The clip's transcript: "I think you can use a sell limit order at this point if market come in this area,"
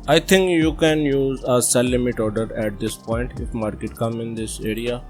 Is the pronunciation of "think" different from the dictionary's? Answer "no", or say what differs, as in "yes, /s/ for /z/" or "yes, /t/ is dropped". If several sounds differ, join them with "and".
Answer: yes, /t/ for /θ/